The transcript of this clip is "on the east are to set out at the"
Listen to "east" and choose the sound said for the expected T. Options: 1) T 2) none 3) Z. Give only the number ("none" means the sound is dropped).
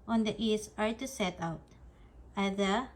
2